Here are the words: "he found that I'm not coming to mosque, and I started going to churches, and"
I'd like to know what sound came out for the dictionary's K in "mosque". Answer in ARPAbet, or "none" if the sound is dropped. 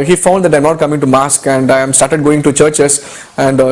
K